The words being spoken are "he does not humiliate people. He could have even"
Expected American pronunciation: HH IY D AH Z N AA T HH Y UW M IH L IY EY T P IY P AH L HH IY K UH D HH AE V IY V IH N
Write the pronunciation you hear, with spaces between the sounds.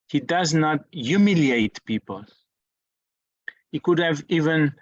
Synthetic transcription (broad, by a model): HH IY D AH Z N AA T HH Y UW M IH L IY EY T P IY P AH L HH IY K UH D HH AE V IY V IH N